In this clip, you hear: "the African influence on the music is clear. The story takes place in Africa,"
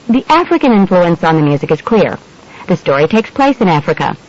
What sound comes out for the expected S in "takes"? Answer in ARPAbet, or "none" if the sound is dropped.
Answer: S